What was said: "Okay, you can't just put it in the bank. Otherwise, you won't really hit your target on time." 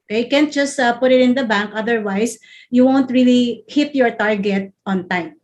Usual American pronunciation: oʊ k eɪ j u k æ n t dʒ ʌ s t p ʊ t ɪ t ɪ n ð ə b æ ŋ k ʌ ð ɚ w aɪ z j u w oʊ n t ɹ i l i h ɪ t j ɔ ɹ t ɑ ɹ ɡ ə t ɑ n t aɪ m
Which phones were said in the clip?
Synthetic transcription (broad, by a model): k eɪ j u k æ n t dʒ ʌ s t p ʊ t ɪ t ɪ n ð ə b æ ŋ k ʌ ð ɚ w aɪ s j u w oʊ n t ɹ i l i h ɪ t j ɔ ɹ t ɑ ɹ ɡ ə t ɑ n t aɪ m